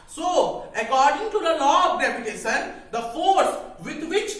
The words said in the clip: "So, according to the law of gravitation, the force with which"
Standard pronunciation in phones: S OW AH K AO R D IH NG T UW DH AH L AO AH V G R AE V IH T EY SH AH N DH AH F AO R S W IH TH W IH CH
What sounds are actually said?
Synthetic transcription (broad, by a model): S OW AH K AO R D IH NG T UW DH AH L AO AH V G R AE P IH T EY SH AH N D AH F AO R S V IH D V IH CH